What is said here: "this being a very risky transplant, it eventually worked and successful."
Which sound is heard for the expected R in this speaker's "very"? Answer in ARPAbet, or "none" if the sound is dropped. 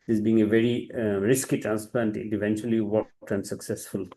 R